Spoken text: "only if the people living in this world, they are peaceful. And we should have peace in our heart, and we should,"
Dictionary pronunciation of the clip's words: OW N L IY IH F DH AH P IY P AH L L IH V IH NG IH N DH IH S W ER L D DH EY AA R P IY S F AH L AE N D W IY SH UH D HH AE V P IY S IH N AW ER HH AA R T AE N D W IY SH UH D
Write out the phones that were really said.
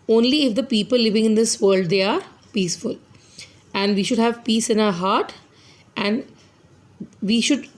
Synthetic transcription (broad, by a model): OW N L IY IH F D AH P IY P AH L L IH V IH NG IH N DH IH S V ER L D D EY AA R P IY S F AH L AE N D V IY SH UH D HH AE V P IY S IH N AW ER HH AA R T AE N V IY SH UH D